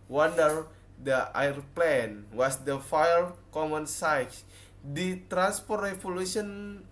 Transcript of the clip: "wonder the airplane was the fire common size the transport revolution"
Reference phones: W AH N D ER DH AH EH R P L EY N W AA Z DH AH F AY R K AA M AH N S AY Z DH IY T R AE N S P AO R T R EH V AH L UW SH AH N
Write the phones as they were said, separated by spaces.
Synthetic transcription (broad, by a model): W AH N D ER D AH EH R P L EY N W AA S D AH F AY L K AA M AH N S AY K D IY T R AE N S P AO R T R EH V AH L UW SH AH N